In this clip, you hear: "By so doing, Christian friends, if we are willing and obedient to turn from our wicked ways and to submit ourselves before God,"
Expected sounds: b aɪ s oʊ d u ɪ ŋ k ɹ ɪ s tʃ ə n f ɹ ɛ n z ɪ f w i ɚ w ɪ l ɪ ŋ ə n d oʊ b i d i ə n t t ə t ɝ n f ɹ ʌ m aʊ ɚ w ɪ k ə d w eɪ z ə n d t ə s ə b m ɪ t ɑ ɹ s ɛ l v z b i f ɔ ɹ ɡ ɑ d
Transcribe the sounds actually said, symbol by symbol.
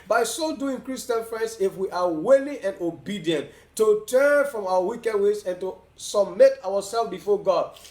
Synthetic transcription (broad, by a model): b aɪ s oʊ d u ɪ ŋ k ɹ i s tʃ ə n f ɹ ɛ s ɪ f w i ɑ w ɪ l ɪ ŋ ə n d oʊ b i d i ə n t t ə t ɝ n f ɹ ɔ m aʊ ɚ w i k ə d w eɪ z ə n t ə s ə b m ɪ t ɑ w s ɛ l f b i f ɔ ɡ ɑ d